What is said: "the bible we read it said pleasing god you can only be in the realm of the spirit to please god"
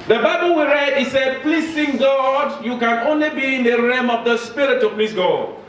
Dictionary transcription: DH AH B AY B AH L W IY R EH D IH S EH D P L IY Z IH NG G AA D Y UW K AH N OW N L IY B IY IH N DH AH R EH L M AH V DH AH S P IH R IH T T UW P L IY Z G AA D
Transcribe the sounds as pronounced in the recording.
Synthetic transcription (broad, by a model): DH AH B AY B AH L W IY R EH D IH S EH D P L IY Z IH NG G AA D Y UW K AH N OW N L IY B IY IH N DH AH R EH M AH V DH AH S P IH R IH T T UW P L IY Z G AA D